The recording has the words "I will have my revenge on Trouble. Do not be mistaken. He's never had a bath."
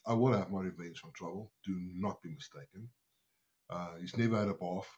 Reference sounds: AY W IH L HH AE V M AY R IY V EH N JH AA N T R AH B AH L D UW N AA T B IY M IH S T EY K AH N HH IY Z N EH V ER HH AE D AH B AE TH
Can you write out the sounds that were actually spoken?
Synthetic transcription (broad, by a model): AY W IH N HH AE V M AY R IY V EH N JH AA N T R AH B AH L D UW N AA T B IY M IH S T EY K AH N HH IY Z N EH V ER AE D AH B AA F